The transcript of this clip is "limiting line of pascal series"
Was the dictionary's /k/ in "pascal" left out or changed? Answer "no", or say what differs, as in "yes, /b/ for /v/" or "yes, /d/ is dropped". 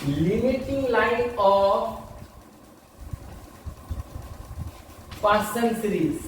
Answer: yes, /k/ is dropped